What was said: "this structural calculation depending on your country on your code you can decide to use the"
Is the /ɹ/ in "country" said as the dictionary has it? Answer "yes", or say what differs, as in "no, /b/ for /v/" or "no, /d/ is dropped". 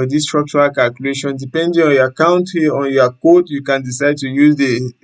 no, /ɹ/ is dropped